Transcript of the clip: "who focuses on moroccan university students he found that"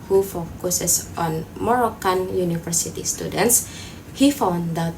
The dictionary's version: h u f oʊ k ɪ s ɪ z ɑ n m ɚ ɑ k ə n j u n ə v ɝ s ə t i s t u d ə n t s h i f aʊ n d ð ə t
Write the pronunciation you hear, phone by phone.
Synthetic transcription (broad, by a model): h u f oʊ k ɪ s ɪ s ɑ n m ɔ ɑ k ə n j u n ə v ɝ s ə t i s t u d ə n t s h i f aʊ n d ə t